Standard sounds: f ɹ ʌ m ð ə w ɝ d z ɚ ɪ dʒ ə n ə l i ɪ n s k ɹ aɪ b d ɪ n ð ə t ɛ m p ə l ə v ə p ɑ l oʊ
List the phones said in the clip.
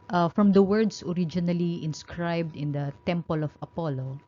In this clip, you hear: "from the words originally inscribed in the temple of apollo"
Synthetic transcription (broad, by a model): f ɹ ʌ m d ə w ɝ d s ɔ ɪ dʒ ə n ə l i ɪ n s k ɹ aɪ b d ɪ n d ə t ɛ m p ə l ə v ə p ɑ l oʊ